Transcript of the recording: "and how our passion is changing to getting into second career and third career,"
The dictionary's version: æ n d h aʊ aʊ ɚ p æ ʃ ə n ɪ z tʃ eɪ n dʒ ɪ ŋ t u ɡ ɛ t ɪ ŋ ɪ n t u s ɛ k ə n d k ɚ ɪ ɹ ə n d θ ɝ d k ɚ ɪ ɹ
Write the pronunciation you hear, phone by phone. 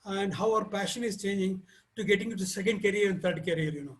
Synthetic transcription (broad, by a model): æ n d h aʊ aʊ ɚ p æ ʃ ə n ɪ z tʃ eɪ n dʒ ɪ ŋ t u ɡ ɛ t ɪ ŋ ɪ t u s ɛ k ə n d k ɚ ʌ ɹ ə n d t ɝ d k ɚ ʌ ɹ